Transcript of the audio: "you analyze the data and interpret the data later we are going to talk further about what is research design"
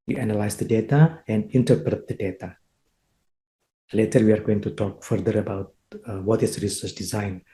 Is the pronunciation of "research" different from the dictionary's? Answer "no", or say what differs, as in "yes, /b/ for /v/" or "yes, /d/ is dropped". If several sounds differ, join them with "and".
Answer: yes, /s/ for /tʃ/